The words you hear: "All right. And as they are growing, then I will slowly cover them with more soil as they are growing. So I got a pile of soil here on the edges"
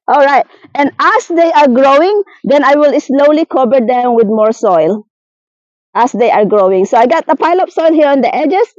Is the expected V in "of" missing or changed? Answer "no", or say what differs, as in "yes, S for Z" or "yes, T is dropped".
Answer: yes, P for V